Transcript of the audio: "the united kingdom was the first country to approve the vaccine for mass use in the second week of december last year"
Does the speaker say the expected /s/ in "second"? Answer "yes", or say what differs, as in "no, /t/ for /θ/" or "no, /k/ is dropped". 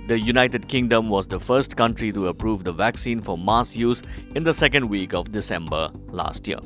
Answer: yes